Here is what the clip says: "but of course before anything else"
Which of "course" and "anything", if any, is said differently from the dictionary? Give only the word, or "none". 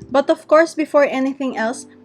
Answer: none